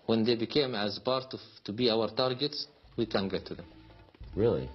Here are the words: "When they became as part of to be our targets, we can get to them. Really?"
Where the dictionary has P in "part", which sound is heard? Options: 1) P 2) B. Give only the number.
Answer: 2